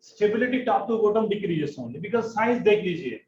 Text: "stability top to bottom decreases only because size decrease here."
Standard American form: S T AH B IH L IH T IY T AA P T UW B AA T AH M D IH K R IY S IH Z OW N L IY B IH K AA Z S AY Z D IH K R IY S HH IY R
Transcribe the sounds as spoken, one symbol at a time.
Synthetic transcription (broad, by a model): S T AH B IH L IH T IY T AA P T UW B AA T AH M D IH K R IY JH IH S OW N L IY B IH K AA Z S AY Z D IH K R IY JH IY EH